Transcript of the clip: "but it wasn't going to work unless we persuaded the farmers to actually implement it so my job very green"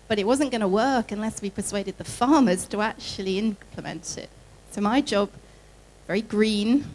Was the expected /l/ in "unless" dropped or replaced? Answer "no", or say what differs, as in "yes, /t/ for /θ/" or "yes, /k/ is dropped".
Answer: no